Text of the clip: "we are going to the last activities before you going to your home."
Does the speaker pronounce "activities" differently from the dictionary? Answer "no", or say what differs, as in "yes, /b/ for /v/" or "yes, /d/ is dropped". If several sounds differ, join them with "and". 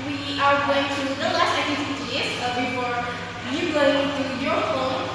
yes, /s/ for /t/ and /z/ is dropped